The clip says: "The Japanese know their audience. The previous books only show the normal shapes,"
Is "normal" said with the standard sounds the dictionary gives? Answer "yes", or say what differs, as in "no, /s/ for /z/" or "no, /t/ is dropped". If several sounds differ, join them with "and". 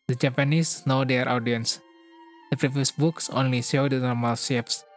yes